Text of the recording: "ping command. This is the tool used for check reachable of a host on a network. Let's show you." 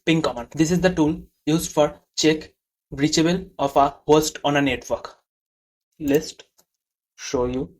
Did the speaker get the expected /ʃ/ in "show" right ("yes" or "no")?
yes